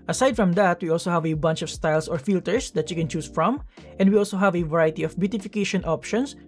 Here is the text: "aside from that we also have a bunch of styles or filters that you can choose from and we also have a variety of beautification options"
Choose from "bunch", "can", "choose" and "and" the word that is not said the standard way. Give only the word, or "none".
choose